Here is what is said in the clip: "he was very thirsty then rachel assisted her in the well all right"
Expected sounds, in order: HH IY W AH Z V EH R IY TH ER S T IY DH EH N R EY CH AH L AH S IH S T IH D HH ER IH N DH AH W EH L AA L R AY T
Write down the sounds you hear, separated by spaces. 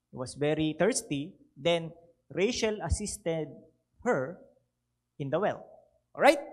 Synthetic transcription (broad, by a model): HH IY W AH S V EH R IY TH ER S T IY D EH N R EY SH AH L AH S IH S T IH D HH ER IH N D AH W EH L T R AY T